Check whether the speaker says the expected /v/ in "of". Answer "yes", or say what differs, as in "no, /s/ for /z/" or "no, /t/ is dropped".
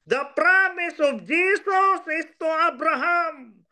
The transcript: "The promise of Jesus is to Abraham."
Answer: no, /b/ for /v/